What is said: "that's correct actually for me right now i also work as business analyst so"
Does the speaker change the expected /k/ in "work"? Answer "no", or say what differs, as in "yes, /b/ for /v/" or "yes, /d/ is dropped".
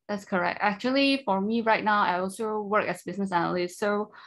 no